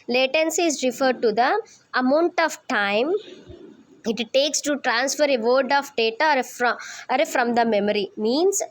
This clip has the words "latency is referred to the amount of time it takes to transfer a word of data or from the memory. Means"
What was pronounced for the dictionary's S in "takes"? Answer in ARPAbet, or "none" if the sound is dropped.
S